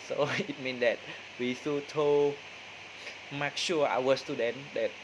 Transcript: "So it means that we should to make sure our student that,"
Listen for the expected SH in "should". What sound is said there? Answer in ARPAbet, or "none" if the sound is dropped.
S